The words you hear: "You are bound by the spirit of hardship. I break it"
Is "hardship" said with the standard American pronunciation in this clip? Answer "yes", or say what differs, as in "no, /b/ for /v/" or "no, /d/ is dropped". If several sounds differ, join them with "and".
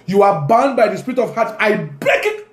no, /p/ is dropped